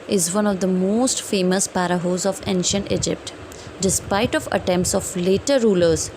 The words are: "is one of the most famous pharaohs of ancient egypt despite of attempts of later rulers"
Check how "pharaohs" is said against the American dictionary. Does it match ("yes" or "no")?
no